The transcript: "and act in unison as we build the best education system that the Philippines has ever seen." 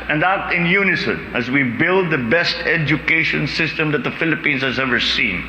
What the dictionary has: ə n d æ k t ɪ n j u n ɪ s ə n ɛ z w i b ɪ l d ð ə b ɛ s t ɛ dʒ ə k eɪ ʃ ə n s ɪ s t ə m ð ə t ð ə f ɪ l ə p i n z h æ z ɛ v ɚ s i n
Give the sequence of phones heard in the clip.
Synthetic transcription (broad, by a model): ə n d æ t ɪ n j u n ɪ s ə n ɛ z w i b ɪ l d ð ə b ɛ s t ɛ dʒ ə k eɪ ʃ ə n s ɪ s t ə m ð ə t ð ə f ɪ l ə p i n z h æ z ɛ v ɚ s i n